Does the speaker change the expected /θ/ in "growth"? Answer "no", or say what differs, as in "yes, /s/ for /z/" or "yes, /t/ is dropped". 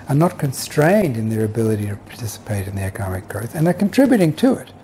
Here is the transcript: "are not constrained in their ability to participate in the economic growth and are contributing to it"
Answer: no